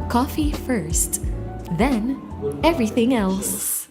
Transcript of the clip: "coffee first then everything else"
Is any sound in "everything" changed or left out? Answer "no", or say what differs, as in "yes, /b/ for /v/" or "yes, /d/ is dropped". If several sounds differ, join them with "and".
no